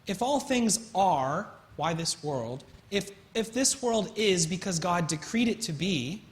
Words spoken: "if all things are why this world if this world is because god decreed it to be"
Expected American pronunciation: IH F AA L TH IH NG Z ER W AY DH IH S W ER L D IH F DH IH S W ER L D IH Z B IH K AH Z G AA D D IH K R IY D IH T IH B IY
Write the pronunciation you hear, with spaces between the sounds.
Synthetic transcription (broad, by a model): IH F AA L TH IH NG Z ER W AY DH IH S W ER L D IH F DH IH S W ER L D IH Z B IH K AH Z G AA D D IH K R IY D IH T IH B IY